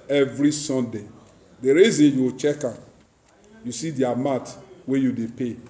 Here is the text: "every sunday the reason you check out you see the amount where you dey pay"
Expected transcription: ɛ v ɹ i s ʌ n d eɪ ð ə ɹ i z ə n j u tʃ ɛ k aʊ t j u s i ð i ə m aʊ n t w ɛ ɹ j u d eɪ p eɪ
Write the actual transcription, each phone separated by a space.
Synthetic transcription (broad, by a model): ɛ v ɹ i s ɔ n d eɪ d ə ɹ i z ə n j u tʃ ɛ k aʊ j u s i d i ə m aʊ t w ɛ j u d eɪ p eɪ